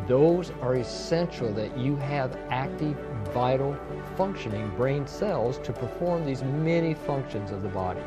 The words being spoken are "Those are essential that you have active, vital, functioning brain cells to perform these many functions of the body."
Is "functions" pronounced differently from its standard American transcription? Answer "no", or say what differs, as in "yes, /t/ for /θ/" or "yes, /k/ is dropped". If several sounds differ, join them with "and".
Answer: no